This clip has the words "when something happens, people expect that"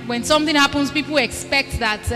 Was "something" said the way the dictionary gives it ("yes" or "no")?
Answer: yes